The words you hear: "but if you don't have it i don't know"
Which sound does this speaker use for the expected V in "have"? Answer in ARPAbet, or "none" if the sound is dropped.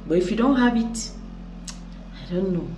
B